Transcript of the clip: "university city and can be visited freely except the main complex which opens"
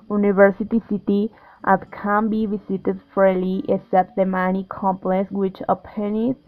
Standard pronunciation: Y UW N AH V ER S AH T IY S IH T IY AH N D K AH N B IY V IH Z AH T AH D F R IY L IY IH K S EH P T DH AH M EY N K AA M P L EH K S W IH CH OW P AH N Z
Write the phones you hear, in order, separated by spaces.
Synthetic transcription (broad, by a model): Y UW N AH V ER S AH T IY S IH T IY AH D K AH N B IY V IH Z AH T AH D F AO L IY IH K S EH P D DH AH M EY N K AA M P L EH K S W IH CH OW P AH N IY